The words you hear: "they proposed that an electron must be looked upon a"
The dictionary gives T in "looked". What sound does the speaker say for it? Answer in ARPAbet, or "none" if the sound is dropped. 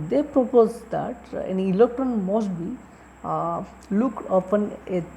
none